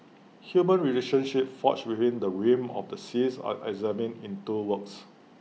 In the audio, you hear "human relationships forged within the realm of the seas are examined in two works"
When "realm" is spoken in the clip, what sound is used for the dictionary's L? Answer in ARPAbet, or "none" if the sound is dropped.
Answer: none